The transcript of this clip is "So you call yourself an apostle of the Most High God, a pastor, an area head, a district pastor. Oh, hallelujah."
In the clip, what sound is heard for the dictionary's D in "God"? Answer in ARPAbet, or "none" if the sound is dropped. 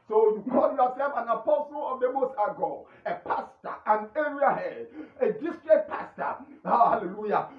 none